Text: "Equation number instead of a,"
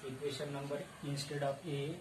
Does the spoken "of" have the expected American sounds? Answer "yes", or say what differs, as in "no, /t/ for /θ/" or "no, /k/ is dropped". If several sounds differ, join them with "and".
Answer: no, /p/ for /v/